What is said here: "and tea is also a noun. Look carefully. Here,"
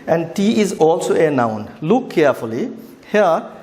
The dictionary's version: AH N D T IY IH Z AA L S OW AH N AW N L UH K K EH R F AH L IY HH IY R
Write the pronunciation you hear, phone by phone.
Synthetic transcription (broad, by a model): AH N D T IY IH Z AA L S OW AH N AW N L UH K K EH R F AH L IY HH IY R